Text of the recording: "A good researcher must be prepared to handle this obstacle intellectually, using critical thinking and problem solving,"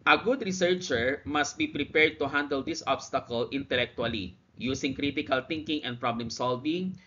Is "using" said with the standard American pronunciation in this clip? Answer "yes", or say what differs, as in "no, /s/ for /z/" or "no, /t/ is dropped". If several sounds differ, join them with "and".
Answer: no, /s/ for /z/